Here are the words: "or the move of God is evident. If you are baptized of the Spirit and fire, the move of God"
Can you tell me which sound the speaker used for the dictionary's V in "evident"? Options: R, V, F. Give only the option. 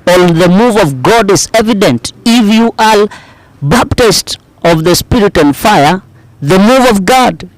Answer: V